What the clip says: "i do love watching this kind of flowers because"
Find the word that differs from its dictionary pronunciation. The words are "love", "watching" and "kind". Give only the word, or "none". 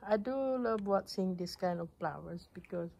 watching